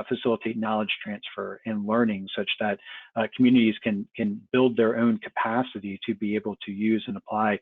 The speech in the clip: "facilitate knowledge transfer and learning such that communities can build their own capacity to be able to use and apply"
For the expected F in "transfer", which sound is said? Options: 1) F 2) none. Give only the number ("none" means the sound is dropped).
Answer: 1